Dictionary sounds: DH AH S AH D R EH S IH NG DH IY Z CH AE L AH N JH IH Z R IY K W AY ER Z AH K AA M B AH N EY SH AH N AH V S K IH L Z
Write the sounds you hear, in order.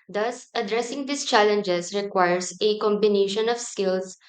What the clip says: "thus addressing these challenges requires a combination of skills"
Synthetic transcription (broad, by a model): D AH S AH D R EH S IH NG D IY S CH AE L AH N JH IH S R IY K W AY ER S AH K AA M B AH N EY SH AH N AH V S K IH L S